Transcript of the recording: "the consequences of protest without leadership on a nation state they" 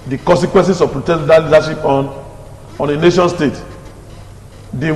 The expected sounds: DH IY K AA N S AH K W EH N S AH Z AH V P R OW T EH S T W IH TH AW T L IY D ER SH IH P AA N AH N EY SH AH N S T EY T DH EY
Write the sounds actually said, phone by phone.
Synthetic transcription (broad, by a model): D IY K AA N S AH K W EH N S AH S AH V P R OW T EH T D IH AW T L IY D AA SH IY P AA N AH N EY SH AH N S T EY T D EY